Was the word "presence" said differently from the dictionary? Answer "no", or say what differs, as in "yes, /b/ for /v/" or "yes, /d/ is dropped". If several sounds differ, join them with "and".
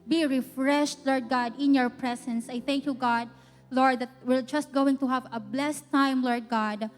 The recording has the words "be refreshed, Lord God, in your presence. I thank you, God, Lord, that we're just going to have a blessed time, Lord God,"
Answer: yes, /s/ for /z/